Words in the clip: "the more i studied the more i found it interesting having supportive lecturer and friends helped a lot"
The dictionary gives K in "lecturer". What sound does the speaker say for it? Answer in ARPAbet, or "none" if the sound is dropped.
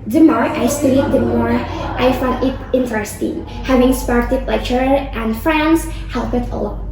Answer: none